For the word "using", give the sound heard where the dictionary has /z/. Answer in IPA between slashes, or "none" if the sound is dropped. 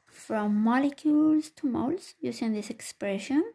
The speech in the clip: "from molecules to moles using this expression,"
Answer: /s/